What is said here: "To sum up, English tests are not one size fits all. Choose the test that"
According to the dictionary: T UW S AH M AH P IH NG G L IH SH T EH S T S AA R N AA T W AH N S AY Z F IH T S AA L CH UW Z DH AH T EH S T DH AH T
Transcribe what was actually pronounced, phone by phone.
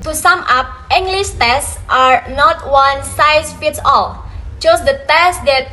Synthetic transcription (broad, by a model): T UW S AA M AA P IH NG G L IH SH T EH S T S AA R N AA T W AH N S AY S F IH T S AA L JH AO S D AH T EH S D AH T